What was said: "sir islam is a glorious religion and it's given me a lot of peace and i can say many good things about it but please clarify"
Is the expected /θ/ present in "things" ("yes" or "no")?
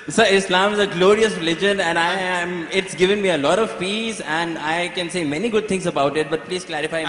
no